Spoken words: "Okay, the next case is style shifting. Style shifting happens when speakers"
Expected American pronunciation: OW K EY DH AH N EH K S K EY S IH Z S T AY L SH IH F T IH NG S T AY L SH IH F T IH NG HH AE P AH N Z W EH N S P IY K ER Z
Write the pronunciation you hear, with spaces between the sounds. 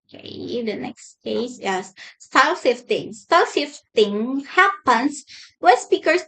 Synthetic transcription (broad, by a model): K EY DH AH N EH K S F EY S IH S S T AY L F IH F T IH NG S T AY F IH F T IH NG HH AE P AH N S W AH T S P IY K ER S